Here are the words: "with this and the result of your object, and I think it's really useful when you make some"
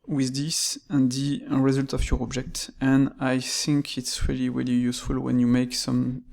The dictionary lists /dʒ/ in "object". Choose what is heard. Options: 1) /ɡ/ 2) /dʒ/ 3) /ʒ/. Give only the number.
2